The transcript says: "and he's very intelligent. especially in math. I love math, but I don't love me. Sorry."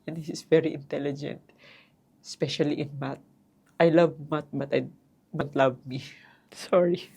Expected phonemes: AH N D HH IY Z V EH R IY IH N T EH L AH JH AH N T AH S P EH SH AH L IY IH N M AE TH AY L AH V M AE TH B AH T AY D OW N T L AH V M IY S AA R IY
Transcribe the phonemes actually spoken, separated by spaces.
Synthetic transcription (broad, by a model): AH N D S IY S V EH R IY IH N T EH L AH JH AH N T S P EH SH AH L IY IH N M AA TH AY L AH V M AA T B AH T AY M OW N T L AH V M IY S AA R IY